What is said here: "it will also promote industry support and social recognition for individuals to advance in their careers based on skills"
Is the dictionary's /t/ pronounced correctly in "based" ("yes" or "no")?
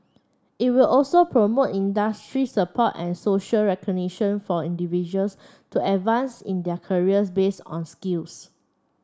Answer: no